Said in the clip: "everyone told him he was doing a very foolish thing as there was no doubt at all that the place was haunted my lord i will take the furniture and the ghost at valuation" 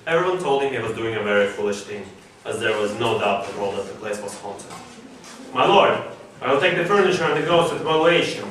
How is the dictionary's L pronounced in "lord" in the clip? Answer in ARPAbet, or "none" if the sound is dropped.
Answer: L